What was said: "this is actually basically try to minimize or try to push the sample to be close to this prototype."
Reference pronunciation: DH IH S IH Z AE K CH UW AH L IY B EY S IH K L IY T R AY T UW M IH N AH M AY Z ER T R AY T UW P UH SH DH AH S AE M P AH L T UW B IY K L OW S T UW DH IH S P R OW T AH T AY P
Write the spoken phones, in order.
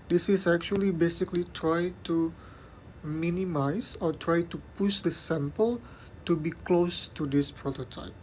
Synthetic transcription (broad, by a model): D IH S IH S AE K CH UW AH L IY B EY S IH K L IY T R AY T UW M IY N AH M AY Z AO T R AY T UW P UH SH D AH S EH M P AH L T UW B IY K L OW S T UW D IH S P R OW T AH T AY P